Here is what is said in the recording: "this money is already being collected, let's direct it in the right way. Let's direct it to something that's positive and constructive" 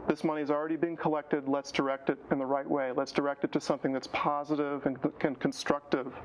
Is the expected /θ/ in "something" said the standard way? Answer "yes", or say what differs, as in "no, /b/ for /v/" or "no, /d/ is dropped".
yes